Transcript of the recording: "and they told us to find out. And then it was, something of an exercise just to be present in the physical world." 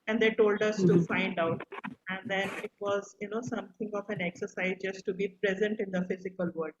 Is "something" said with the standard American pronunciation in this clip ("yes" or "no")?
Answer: no